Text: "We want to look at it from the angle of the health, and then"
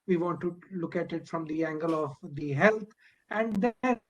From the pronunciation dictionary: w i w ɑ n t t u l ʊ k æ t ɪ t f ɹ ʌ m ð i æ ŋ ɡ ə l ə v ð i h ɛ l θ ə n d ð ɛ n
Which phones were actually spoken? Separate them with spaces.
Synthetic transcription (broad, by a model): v i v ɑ n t t u l ʊ k æ t ɪ t f ɹ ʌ m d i æ ŋ ɡ ə l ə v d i h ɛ l t ə n d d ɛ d